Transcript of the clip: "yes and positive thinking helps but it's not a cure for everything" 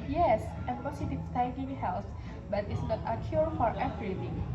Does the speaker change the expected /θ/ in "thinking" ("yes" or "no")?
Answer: yes